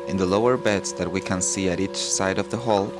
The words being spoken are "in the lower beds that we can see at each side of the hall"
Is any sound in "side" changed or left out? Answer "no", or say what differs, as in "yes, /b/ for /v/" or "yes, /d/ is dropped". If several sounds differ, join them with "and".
no